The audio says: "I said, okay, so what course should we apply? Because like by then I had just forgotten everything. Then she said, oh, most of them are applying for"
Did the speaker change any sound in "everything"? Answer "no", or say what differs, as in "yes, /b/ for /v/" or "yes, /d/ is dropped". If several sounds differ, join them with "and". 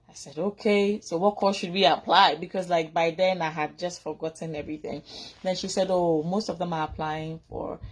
no